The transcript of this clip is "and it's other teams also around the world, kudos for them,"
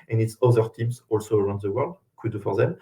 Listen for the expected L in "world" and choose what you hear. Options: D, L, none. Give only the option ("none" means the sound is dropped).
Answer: L